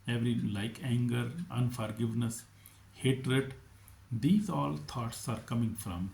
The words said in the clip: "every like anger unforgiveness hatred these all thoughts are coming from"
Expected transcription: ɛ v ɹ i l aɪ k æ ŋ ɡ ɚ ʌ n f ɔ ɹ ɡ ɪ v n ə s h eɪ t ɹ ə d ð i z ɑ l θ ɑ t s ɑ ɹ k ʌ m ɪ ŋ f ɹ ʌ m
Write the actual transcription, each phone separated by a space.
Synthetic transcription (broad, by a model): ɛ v ɹ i l aɪ k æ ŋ ɡ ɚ ʌ n f ɔ ɹ ɡ ɪ v n ə s h eɪ t ɹ ə d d i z ɑ l t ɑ t s ɑ ɹ k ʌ m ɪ ŋ f ɹ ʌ m